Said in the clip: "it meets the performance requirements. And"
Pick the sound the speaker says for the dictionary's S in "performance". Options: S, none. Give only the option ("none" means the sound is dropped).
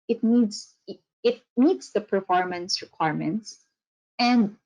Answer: S